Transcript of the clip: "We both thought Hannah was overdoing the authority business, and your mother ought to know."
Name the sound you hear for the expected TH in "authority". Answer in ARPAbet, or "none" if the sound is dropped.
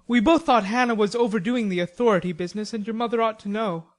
TH